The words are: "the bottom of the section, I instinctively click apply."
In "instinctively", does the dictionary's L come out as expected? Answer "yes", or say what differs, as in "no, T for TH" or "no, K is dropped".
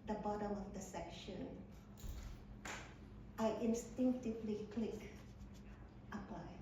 yes